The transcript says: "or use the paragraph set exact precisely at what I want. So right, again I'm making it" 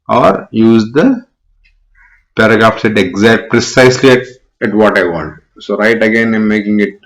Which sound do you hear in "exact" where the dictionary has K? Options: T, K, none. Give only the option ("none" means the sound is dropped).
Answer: K